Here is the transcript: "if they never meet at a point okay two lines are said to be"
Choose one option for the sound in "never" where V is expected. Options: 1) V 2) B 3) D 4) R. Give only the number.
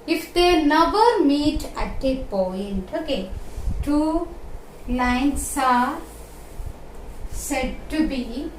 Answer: 2